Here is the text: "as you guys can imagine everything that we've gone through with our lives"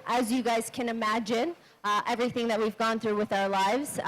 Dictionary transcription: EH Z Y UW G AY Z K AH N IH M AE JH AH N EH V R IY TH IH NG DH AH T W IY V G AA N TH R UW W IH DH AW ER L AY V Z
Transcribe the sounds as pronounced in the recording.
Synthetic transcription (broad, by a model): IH Z Y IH G AY Z K AH N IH M AE JH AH N EH V R IY TH IH NG DH AH T W IY V G AA N TH R UW W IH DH AW ER L AY V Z